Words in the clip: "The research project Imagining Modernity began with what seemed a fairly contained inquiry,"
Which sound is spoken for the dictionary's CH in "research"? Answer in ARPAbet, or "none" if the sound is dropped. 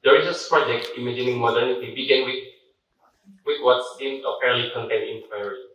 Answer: S